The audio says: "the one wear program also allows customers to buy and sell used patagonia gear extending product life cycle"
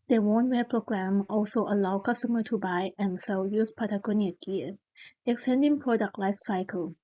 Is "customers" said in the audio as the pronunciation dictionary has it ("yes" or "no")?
no